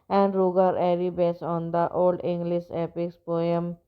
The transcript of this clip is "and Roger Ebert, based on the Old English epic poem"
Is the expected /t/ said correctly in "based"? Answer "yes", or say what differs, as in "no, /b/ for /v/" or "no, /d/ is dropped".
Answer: no, /t/ is dropped